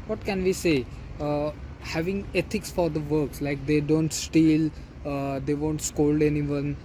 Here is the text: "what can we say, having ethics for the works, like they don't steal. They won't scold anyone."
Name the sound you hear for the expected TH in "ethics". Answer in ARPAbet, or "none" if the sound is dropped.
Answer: T